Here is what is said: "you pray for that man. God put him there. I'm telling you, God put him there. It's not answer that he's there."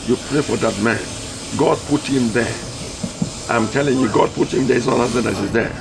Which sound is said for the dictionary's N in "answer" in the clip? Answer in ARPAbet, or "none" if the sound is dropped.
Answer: none